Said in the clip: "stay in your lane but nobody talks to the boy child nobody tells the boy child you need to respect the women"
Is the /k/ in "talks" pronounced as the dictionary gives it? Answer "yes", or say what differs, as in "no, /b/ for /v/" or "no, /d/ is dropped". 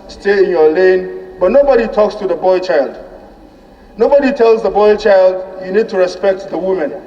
yes